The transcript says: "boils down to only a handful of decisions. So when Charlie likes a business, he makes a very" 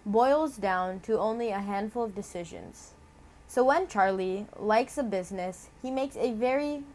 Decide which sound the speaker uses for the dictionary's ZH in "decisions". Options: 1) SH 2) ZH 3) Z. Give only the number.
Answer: 2